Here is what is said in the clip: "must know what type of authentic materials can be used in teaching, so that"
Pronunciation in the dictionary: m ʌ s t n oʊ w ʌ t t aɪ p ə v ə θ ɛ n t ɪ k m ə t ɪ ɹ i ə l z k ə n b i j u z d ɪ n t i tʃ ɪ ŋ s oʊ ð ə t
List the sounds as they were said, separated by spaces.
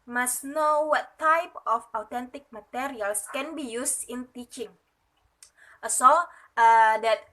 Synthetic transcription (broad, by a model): m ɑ s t n oʊ w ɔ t t aɪ p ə f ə t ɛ n t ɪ k m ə t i ɹ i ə l s k ə n b i j u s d ɪ n t i tʃ ɪ ŋ s oʊ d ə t